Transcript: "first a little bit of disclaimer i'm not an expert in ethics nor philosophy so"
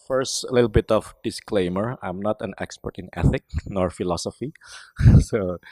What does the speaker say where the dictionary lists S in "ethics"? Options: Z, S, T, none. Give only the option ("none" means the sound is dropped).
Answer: none